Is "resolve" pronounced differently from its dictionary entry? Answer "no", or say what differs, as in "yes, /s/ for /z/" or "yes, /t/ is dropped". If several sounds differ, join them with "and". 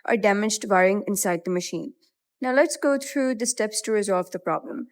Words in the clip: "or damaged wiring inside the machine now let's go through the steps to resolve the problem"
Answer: no